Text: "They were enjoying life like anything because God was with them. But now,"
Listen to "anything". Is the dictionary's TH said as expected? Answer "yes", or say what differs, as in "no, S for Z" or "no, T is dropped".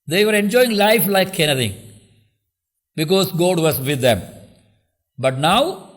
no, T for TH